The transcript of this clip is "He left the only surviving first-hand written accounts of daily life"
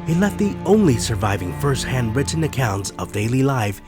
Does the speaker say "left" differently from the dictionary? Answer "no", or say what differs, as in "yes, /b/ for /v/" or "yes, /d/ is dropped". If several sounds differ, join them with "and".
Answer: yes, /f/ is dropped